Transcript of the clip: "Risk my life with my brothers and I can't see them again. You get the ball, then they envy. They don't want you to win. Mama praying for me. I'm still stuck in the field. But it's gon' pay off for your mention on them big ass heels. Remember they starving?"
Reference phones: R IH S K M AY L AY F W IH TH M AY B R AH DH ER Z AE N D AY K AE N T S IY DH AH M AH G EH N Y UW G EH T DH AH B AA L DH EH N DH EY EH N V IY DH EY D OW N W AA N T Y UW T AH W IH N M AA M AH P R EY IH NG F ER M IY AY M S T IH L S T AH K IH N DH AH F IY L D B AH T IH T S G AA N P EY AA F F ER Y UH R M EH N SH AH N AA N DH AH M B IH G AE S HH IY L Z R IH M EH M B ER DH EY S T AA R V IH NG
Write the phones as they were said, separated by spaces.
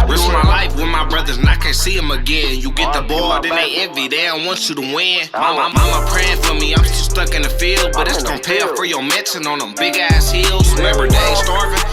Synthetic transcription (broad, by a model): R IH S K M AY L AY F W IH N M AY B R AH DH ER Z N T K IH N S IY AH M AH G EH N Y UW G EH T DH AH B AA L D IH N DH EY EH V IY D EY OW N W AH N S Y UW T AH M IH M M AA M AH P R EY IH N F ER M IY AY M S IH S T AH K IH N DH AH F IY L D B AH T IH T S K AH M P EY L F ER Y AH R M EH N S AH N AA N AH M B IH G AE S HH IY L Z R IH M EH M B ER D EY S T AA R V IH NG